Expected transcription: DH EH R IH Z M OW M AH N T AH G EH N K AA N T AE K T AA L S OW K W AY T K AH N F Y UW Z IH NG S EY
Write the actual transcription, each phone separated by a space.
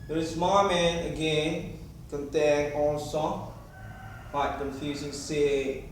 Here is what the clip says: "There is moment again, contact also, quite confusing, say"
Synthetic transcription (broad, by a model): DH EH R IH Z M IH M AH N AH G EH N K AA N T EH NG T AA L S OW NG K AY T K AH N F Y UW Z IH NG S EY